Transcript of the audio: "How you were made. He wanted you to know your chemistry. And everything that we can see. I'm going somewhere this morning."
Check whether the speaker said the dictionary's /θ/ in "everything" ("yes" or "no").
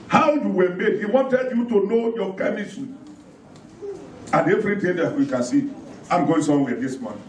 no